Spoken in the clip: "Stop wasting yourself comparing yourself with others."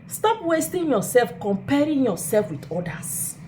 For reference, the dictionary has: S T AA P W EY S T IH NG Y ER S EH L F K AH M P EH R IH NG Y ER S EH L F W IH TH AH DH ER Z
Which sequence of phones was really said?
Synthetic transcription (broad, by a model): S T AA P W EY S T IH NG Y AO S EH L F K AH M P EH R IH NG Y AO S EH L F W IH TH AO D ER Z